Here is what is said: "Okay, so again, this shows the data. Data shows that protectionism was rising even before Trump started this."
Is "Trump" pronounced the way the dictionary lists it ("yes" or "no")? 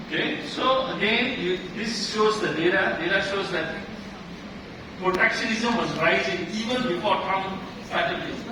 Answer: no